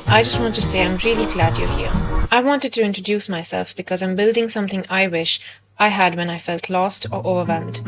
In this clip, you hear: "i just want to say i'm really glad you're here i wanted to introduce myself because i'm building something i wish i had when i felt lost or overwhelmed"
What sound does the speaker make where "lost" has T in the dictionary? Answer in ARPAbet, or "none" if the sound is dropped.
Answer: T